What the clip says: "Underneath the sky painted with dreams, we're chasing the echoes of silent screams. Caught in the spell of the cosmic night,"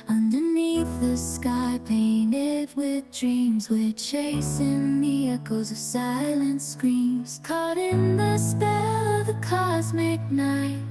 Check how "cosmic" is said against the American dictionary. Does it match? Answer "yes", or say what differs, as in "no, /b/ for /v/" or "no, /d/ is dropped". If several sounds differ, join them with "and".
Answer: yes